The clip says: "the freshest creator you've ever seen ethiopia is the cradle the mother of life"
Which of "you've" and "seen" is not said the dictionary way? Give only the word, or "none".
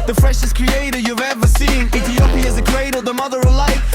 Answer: none